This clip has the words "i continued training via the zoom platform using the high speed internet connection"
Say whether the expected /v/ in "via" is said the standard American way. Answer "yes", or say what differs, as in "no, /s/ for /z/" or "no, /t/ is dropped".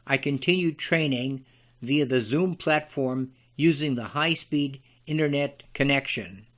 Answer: yes